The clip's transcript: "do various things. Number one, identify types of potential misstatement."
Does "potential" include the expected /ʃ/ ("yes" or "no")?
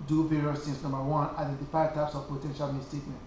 yes